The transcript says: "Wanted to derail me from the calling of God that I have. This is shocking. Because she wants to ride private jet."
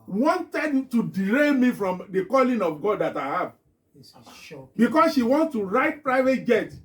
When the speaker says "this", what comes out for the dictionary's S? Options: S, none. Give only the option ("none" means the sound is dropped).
none